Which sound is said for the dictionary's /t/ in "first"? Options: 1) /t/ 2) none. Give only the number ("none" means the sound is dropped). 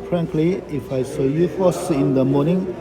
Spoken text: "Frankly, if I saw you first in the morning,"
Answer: 2